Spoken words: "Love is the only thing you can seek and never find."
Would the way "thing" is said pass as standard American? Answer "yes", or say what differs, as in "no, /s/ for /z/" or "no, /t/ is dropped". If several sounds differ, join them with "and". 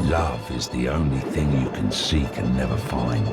yes